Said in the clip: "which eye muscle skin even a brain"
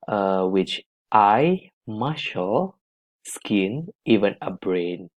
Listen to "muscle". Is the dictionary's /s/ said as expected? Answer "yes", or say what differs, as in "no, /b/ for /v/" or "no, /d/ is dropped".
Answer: no, /ʃ/ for /s/